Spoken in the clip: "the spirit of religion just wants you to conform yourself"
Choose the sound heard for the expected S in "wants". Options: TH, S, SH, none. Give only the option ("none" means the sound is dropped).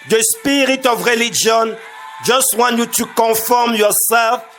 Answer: none